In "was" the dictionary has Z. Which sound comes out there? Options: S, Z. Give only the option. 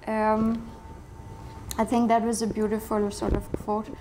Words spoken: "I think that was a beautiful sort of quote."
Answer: Z